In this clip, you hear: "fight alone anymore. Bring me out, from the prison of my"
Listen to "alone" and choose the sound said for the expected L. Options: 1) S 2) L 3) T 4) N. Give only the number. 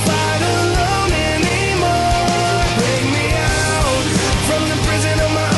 4